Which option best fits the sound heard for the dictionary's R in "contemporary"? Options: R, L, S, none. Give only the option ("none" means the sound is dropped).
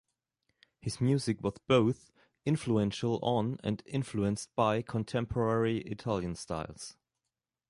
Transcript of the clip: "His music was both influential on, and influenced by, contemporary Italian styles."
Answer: R